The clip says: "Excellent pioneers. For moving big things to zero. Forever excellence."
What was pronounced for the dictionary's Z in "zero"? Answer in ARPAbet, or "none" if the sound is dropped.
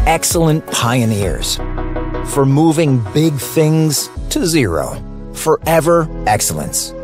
Z